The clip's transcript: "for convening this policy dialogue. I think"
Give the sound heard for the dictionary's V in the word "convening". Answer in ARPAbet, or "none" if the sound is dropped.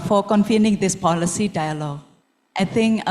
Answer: F